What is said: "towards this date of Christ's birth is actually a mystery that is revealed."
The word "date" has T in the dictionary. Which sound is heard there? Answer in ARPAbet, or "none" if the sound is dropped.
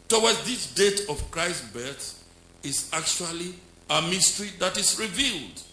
T